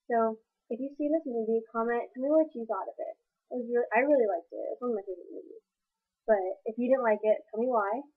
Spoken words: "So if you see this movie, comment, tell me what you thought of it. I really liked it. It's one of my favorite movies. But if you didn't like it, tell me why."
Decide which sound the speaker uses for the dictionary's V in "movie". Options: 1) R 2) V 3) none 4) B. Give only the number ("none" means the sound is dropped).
4